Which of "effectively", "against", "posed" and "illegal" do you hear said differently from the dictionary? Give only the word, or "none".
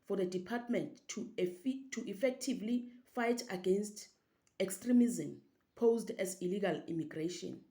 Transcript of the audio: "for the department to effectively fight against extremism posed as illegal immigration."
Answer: none